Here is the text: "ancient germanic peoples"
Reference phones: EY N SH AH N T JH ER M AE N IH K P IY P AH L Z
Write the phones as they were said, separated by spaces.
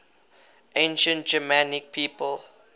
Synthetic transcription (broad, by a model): EY N SH AH N T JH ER M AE N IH K P IY P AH L